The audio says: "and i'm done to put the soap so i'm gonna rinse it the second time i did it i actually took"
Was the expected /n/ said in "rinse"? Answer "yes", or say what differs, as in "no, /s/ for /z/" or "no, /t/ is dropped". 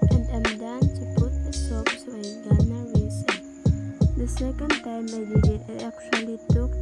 no, /n/ is dropped